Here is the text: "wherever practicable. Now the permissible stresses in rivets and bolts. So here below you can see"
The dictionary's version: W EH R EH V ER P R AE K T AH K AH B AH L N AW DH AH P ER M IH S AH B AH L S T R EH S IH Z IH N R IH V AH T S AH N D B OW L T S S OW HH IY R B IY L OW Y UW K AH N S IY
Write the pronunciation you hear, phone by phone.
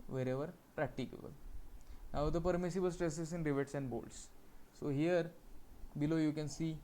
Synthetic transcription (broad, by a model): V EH R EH V ER P R AE K T AH K AH B AH L N AW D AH P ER M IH S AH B AH L S T R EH S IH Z IH N R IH V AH T S AH N D B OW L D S S OW HH IY R B IY L OW Y UW K AH N S IY